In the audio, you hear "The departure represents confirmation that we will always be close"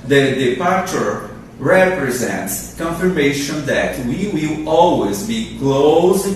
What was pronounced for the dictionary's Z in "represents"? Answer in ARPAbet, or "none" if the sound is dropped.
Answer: Z